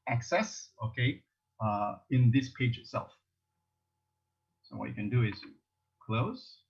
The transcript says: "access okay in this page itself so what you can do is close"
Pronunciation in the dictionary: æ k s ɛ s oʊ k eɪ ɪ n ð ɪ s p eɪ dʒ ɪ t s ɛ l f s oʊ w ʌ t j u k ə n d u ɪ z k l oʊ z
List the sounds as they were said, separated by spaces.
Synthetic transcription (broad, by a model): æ k s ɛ s oʊ k eɪ ɪ n ð ɪ s p eɪ dʒ ɪ t s ɛ l f s oʊ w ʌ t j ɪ k ə n d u ɪ z k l oʊ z